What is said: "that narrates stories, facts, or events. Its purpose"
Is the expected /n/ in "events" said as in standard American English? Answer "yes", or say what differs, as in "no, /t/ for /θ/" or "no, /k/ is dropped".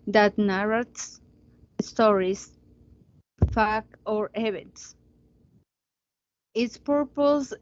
no, /n/ is dropped